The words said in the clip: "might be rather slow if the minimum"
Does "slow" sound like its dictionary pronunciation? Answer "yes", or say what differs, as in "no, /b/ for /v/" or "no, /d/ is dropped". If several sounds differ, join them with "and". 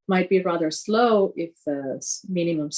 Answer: yes